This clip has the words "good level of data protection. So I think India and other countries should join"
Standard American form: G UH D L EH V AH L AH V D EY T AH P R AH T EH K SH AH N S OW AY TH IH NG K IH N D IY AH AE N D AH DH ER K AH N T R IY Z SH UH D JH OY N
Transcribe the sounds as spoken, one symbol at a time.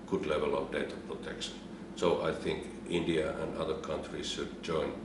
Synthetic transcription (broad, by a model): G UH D L EH V AH L AH V D EY T AH P R AH T EH K SH AH N S OW AY TH IH NG K IH N D IY AH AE N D AH DH ER K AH N T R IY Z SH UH D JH OY N